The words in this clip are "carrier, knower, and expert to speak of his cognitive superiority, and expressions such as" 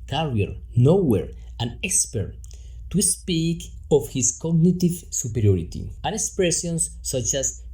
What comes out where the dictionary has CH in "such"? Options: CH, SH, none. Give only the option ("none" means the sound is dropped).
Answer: CH